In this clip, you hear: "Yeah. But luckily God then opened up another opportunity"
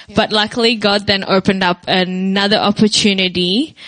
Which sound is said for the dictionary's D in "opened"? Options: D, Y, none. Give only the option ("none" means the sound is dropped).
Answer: D